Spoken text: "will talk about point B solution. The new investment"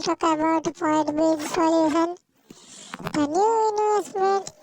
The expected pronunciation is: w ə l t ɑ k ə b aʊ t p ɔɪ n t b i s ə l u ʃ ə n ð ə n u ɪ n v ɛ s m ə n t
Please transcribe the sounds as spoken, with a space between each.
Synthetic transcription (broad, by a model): t ɑ k ə b aʊ t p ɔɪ t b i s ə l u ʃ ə n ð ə n u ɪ n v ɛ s m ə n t